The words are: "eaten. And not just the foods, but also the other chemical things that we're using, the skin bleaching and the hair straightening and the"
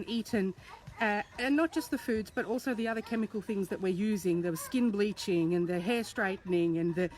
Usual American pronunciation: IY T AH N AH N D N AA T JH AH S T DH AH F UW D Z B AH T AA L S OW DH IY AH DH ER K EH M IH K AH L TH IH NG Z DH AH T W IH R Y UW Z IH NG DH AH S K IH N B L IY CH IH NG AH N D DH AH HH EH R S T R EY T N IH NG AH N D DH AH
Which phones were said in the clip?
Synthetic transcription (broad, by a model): IY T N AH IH N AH T JH AH S T DH AH F UW D Z B AH T AA L S OW DH IY AH DH ER K EH M IH K AH L TH IH NG Z DH AH T W IH R Y UW Z IH NG DH AH S K IH N B L IY CH IH NG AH N DH AH HH EH R S T R EY T N IH NG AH N DH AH